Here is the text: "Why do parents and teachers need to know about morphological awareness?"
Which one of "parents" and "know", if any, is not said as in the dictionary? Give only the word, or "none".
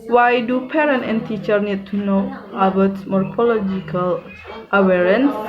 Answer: parents